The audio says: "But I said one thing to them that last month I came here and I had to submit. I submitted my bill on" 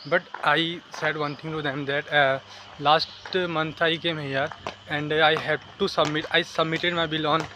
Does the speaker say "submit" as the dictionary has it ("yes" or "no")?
yes